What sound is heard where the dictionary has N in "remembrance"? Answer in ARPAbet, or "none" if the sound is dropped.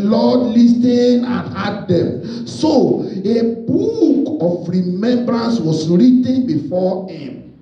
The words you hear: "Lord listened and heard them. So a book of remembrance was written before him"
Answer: N